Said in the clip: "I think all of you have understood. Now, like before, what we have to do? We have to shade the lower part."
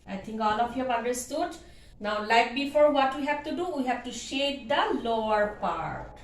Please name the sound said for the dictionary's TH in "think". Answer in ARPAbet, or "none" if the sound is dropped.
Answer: T